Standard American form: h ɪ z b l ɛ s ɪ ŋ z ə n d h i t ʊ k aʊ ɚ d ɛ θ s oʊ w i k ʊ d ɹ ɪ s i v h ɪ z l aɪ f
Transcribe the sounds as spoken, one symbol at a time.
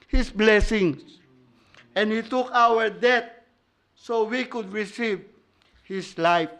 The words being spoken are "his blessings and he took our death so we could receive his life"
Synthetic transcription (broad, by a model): h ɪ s b l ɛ s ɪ ŋ s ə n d h i t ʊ k aʊ ɚ d ɛ t s oʊ w i k ʊ d ɹ ɪ s i v h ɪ s l aɪ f